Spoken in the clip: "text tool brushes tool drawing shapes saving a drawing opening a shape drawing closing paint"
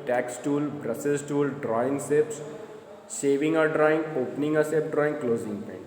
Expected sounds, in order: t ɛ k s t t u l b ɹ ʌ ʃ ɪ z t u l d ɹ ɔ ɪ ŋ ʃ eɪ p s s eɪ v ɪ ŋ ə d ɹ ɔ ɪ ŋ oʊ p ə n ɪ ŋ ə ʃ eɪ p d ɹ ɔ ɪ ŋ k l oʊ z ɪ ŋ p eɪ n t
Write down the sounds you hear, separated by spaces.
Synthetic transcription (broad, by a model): t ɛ k s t t u l b ɹ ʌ s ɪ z t u l d ɹ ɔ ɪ ŋ s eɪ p s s eɪ v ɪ ŋ ə d ɹ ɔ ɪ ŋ oʊ p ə n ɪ ŋ ə s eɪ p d ɹ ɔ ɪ ŋ k l oʊ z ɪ ŋ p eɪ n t